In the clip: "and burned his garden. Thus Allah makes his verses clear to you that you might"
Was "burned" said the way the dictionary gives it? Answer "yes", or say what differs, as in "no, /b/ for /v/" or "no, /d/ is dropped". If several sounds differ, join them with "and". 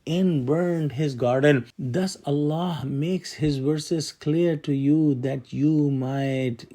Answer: yes